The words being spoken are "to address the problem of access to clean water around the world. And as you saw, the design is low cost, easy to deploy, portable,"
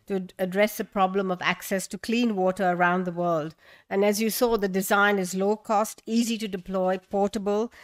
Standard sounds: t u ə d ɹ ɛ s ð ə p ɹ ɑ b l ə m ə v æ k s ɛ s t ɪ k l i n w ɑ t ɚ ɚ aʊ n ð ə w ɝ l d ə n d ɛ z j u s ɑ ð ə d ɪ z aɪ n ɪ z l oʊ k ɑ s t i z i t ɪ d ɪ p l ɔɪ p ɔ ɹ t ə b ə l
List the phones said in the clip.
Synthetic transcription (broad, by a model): t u ə d ɹ ɛ s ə p ɹ ɑ b l ə m ə v æ k s ɛ s t ɪ k l i n w ɑ t ɚ ɚ aʊ n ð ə w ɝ l d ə n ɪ z j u s ɑ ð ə d ɪ z aɪ n ɪ z l oʊ k ɑ s t i z i t ɪ d ɪ p l ɔɪ p ɔ ɹ t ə b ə l